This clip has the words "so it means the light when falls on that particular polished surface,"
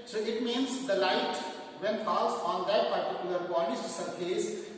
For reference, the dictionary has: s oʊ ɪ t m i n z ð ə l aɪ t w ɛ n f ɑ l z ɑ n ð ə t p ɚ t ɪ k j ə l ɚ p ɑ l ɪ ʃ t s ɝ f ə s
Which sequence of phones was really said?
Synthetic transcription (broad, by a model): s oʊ ɪ t m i n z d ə l aɪ t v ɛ n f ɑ l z ɑ n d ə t p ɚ t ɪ k j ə l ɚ b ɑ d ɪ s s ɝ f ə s